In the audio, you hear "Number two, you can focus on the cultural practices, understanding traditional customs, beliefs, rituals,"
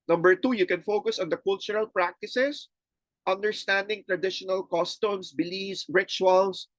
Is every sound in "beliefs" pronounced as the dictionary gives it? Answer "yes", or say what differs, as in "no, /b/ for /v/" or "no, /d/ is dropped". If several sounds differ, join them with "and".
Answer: no, /f/ is dropped